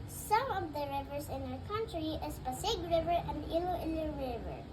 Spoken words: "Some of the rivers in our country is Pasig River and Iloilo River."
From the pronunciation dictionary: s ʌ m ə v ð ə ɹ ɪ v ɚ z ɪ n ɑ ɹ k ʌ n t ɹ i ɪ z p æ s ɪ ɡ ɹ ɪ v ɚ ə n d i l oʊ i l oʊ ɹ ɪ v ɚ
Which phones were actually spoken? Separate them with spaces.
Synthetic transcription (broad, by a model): s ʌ m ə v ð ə ɹ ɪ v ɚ s ɪ n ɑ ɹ k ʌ n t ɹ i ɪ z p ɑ s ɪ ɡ ɹ ɪ v ɚ ə n d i l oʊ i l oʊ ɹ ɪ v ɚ